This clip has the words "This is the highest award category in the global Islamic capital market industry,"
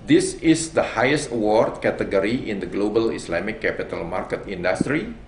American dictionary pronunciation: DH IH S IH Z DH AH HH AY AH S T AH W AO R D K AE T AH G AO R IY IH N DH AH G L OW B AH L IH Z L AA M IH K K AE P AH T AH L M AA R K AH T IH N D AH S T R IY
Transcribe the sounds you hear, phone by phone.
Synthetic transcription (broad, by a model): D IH S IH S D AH HH AY AH S T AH W AO R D K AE T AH G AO R IY IH N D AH G L OW B AH L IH S L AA M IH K K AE P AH T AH L M AA R K AH T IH N D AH S T R IY